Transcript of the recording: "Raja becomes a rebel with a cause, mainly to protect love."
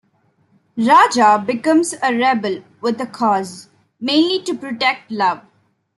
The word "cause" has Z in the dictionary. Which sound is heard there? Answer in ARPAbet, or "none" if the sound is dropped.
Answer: Z